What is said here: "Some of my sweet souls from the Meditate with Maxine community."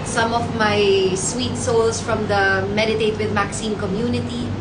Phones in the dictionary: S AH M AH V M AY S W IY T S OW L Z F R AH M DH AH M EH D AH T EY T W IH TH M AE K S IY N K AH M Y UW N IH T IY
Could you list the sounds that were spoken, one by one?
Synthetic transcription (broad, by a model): S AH M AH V M AY S W IY T S OW L S F R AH M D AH M EH D AH T EY T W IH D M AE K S IY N K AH M Y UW N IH T IY